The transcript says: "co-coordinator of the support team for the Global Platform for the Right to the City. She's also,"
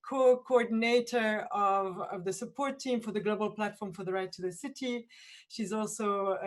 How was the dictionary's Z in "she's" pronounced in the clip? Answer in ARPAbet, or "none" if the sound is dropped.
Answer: Z